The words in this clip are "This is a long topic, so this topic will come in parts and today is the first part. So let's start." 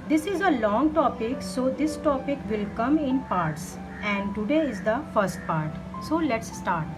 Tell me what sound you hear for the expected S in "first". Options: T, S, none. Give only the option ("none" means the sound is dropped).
S